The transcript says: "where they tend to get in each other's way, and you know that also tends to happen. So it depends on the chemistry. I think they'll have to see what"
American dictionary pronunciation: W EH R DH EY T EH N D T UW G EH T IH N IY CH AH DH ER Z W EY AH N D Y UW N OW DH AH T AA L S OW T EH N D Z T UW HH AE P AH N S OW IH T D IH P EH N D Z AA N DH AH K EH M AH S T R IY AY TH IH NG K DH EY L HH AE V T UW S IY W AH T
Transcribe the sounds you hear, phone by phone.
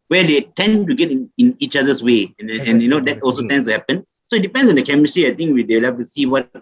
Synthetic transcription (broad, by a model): W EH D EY T EH N T UW G EH T IH N IY CH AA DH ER S W EY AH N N Y UW N OW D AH T AA L S OW T EH N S T UW HH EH P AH N S OW IH T D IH P EH N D S AA N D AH K EH M AH S T R IY AY T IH NG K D EY L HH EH F T UW S IY W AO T